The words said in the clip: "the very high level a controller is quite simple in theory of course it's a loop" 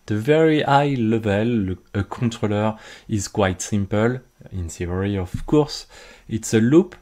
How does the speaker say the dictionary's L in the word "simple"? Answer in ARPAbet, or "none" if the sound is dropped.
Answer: L